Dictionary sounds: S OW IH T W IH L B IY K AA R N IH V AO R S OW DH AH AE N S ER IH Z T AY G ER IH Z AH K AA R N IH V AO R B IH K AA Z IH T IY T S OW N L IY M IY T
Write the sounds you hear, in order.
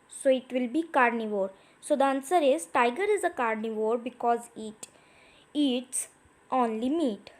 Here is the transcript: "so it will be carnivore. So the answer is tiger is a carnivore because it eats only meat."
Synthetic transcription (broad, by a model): S OW IH T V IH L B IY K AA R N IH V AO R S OW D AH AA N S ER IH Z T AY G ER IH Z AH K AA R N IH V AO R B IH K AA Z IH T IY T S OW N L IY M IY T